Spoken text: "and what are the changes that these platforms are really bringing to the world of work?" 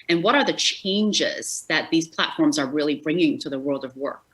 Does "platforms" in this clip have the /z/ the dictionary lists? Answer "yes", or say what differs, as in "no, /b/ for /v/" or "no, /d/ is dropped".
yes